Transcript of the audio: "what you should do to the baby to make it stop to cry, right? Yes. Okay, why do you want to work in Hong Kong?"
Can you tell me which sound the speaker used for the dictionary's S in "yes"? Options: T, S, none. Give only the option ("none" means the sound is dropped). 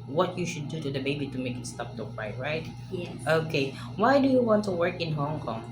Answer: none